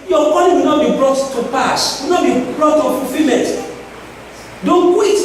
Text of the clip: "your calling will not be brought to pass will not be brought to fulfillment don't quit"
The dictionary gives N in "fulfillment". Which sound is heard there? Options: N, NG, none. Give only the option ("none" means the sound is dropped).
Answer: none